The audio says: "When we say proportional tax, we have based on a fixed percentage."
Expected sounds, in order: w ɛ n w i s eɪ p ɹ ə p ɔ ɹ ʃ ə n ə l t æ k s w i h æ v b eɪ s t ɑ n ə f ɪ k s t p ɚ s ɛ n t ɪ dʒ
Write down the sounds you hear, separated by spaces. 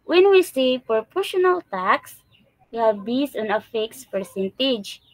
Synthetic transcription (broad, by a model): w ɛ n w i s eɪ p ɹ p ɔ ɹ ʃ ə n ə l t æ k s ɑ b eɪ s ɑ n ə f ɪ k s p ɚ s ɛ n t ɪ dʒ